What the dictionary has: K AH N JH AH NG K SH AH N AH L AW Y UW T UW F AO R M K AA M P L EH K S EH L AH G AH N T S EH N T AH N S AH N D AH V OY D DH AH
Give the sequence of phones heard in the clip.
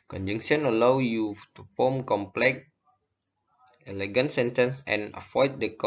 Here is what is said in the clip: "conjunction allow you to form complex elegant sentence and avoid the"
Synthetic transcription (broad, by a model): K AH N JH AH NG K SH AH N AH L AW Y UW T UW F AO M K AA M P L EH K EH L AH G AH N T S EH N T AH N S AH N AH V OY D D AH